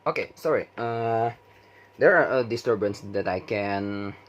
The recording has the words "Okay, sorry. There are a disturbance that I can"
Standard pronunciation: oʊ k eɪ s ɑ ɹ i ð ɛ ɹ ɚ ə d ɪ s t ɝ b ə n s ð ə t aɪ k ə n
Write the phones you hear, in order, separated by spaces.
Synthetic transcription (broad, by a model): oʊ k eɪ s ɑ ɹ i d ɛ ɹ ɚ ə d ɪ s t ɝ b ə n s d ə t aɪ k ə n